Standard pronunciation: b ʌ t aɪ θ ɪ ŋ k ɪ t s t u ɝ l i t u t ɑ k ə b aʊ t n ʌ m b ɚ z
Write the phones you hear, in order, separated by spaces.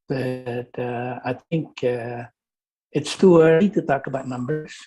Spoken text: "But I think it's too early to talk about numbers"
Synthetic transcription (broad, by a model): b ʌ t aɪ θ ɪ ŋ k ɪ t s t u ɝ i t u t ɑ k ə b aʊ t n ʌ m b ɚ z